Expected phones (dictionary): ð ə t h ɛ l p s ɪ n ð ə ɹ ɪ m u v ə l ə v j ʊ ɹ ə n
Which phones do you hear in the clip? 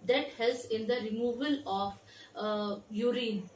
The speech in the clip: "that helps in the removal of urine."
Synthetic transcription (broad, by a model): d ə t h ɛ l s ɪ n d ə ɹ ɪ m u v ə l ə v j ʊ ɹ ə n